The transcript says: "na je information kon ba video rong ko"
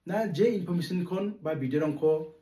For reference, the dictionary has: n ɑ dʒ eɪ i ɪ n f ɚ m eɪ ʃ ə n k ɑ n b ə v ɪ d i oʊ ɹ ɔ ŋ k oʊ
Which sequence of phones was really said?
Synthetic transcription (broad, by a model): n ɑ dʒ eɪ i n p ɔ m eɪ s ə n k ɑ n b ə b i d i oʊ ɹ ɔ ŋ k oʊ